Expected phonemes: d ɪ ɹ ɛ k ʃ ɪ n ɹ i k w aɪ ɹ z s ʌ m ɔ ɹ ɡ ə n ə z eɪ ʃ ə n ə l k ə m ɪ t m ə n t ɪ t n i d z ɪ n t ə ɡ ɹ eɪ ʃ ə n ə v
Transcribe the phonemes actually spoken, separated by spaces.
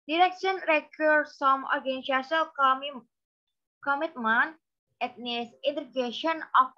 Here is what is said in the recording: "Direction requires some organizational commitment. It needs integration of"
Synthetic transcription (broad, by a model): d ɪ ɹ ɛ k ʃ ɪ n ɹ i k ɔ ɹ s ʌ m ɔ ɹ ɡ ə n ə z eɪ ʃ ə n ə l k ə m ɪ t m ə n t ɪ t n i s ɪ n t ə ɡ eɪ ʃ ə n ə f